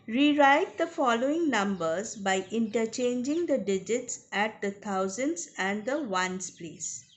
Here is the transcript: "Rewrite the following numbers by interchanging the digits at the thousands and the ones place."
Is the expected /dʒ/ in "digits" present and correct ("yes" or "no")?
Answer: yes